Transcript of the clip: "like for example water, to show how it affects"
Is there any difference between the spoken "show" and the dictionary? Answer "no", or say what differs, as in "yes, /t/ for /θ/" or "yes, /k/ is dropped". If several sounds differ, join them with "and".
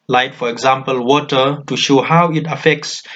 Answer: no